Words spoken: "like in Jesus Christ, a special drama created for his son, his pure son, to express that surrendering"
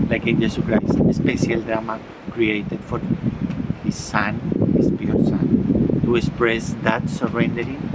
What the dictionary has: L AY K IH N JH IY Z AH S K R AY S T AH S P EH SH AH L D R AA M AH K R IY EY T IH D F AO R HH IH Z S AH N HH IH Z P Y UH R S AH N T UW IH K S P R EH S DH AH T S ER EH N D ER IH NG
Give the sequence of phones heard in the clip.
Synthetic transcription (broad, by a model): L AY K IH N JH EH S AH K R AY S T AH S P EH S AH L D R AA M AH K R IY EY T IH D F AO R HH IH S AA N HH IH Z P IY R S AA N T UW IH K S P R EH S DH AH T S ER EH N D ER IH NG